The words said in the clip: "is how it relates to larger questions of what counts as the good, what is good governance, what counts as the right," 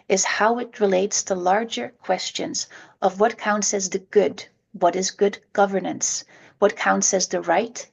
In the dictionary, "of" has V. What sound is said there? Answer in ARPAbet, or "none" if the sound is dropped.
V